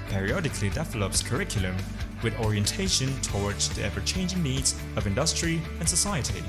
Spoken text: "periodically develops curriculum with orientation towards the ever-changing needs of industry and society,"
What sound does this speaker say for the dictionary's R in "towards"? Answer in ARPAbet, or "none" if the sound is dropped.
R